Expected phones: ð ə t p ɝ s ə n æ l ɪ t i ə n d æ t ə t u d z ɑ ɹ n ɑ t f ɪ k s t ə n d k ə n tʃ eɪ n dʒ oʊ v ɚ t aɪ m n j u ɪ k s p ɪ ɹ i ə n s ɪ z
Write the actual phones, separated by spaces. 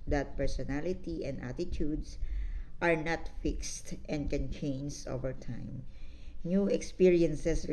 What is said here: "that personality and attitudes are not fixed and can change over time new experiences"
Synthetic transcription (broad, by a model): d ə t p ɝ s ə n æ l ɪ t i ə n d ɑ t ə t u d s ɑ ɹ n ɑ t f ɪ k s t ə n d k ə n tʃ eɪ n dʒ oʊ v ɚ t aɪ m n j u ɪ k s p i ɹ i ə n s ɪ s